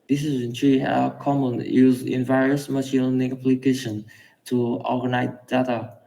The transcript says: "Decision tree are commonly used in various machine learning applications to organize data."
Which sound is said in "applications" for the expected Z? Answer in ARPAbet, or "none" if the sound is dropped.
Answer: none